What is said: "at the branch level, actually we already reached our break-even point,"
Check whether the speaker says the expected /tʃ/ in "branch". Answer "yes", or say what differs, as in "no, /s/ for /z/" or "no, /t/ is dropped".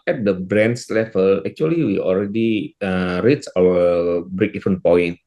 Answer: no, /s/ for /tʃ/